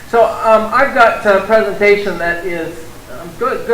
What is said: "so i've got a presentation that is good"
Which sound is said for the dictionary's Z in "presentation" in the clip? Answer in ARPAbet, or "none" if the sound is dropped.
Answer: Z